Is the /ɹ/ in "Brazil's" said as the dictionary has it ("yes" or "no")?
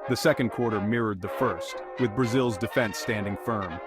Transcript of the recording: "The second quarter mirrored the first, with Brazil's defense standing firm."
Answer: yes